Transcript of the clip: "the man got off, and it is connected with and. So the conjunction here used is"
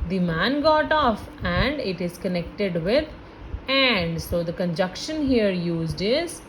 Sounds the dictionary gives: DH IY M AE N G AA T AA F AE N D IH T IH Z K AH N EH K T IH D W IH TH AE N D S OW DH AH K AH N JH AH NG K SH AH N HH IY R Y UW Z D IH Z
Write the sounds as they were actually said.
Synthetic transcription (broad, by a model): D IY M AE N G AA T AA F AE N D IH T IH Z K AH N EH K T IH D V IH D AE N D S OW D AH K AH N JH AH K SH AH N HH IY R Y UW Z D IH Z